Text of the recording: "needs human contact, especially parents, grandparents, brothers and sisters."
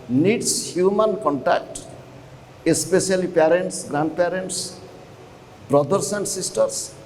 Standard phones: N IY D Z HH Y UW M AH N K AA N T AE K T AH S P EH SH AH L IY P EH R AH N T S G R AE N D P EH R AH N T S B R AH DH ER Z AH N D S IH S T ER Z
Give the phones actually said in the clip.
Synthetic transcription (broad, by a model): N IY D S HH Y UW M AH N K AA N T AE K T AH S P EH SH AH L IY P EH R AH N T S G R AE N D P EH R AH N T S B R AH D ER S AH N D S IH S T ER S